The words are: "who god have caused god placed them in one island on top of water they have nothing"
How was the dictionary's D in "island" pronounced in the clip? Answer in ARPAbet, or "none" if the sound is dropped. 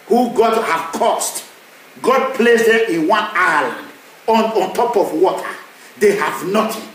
none